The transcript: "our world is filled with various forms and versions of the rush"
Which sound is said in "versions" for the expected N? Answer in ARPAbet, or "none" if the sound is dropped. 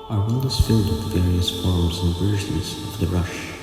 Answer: none